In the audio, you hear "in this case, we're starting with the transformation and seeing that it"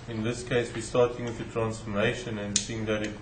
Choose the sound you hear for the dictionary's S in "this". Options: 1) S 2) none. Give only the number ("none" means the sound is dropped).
1